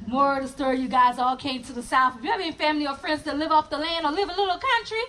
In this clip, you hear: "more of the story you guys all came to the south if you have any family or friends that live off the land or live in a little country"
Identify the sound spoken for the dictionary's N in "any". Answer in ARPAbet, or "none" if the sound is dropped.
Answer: none